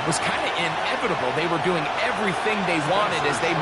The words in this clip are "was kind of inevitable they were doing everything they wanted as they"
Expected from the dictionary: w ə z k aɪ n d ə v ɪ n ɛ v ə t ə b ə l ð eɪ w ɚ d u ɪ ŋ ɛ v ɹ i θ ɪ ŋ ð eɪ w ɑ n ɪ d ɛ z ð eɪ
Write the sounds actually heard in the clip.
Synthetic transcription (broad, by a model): w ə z k aɪ n d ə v ɪ n ɛ v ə t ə b l ð eɪ w ɚ d u ɪ ŋ ɛ v ɹ i θ ɪ ŋ ð eɪ w ɑ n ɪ d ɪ z ð eɪ